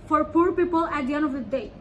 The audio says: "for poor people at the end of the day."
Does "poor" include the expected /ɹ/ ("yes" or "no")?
yes